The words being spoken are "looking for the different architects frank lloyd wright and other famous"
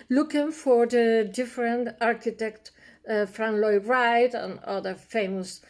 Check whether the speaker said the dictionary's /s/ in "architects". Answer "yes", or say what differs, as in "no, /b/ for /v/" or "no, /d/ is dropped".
no, /s/ is dropped